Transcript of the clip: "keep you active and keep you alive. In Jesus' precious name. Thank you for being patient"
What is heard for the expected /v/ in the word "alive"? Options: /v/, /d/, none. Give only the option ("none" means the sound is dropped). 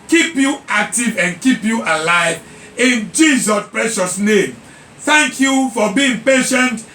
/v/